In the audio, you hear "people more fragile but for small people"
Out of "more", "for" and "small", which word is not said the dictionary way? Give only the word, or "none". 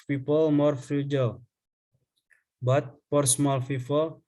for